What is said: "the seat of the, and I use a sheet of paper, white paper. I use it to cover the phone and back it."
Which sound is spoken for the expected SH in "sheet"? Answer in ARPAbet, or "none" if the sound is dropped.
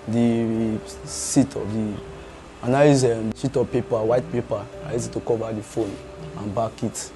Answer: S